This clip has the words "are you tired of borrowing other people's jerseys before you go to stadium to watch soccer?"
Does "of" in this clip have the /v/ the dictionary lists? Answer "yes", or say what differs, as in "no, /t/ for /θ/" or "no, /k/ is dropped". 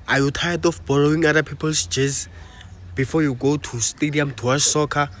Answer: no, /f/ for /v/